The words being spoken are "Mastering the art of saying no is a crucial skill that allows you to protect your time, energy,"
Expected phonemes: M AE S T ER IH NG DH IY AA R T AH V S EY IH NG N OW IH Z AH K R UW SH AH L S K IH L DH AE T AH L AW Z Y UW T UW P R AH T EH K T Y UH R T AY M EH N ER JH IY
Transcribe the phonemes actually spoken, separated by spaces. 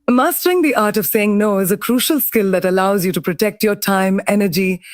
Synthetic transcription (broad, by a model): M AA S T ER IH NG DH IY AA R T AH V S EY IH NG N OW IH Z AH K R UW SH AH L S K IH L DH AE T AH L AW Z Y UW T UW P R AH T EH K T Y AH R T AY M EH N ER JH IY